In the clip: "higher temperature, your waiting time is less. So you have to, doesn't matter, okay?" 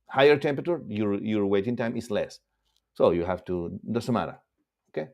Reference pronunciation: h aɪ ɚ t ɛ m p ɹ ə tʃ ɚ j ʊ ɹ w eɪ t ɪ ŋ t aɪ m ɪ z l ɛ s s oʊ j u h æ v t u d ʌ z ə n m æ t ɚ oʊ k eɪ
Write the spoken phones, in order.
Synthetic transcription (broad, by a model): h aɪ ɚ t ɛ m p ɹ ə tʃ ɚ j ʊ ɹ w eɪ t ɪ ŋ t aɪ m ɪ s l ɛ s s oʊ j u h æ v t u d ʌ s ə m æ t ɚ oʊ k eɪ